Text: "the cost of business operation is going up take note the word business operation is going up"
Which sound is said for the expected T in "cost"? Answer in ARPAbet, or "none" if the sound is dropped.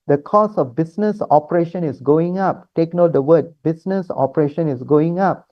none